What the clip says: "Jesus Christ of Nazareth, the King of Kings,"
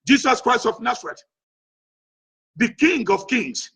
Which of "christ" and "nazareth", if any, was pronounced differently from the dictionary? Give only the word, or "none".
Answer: nazareth